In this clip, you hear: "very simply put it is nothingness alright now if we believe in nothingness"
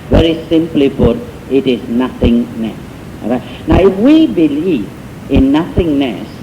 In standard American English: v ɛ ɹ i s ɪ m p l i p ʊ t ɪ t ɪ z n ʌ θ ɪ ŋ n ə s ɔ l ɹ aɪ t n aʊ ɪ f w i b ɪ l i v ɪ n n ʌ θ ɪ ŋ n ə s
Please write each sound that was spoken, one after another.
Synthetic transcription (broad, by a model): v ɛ ɹ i s ɪ m p l i b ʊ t ɪ t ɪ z n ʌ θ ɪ ŋ n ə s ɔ ɹ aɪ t n aʊ ɪ f w i b ɪ l i v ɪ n n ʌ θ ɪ ŋ n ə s